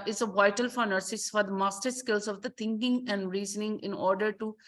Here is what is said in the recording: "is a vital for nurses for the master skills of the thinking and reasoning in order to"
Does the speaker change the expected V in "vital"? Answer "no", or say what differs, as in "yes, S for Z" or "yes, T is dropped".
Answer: no